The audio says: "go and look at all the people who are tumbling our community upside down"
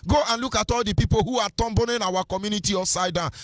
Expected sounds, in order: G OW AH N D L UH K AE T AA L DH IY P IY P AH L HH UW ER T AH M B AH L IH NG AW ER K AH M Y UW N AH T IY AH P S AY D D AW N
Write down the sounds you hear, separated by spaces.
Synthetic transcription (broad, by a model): G OW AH N L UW K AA T AA L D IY P IY P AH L HH UW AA T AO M B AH N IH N AW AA K AH M Y UW N AH T IY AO S AY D D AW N